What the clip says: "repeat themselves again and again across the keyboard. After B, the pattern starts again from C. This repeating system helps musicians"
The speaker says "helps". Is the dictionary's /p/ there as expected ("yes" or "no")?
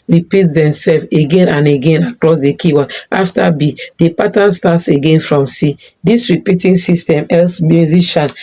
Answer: no